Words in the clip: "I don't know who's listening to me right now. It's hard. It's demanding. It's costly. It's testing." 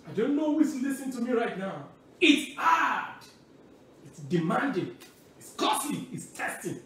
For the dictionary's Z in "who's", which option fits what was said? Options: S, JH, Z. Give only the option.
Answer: S